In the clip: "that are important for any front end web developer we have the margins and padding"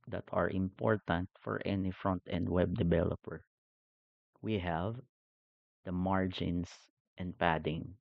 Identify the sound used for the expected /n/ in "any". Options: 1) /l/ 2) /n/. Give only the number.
2